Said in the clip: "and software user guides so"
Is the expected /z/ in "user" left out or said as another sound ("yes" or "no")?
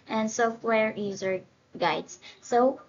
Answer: no